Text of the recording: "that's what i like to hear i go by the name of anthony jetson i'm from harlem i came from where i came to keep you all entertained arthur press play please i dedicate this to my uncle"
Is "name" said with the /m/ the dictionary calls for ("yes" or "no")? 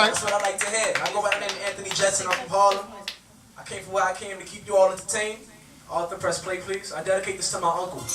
no